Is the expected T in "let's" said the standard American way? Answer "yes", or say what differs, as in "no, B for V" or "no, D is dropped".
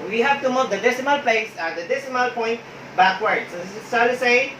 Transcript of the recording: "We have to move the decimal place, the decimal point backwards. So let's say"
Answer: no, S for T